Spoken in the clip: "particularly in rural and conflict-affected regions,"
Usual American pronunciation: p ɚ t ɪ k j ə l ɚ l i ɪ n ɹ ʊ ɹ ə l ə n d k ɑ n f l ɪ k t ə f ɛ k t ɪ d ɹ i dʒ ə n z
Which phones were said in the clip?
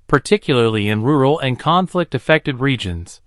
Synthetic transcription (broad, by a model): p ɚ t ɪ k j l ɚ l i ɪ n ɹ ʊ ɹ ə l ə n k ɑ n f l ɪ k t ə f ɛ k t ɪ d ɹ i dʒ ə n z